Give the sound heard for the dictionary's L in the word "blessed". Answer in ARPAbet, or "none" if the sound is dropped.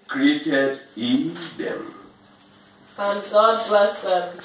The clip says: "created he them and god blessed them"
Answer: none